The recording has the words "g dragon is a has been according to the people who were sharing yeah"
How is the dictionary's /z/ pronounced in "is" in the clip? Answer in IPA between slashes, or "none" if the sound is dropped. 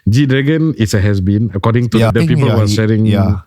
/s/